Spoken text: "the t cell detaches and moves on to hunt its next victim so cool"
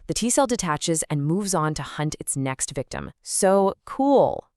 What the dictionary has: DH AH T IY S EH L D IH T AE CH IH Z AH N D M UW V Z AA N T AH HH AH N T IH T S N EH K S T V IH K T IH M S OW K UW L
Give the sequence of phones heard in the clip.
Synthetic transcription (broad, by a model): DH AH T IY S EH L D IH T AE CH IH Z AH N M UW V Z N T AH HH AH N T IH T S N EH K S T V IH K T IH M S OW K UW L